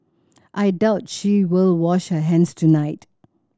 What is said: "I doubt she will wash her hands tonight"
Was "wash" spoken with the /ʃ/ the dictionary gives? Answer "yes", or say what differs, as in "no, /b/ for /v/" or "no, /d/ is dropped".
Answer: yes